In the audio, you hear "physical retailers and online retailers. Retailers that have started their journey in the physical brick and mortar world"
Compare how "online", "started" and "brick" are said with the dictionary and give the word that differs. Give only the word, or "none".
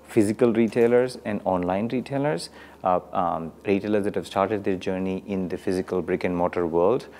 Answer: none